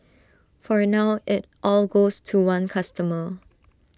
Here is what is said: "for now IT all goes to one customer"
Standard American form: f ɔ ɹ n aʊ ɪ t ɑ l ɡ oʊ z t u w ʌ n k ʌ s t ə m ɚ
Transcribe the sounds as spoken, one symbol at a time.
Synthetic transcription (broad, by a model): f ɔ ɹ n aʊ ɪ t ɑ l ɡ oʊ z t u w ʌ n k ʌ s t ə m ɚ